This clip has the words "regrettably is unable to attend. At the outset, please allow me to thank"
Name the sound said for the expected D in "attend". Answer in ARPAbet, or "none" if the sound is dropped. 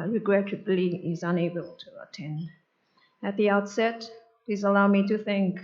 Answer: D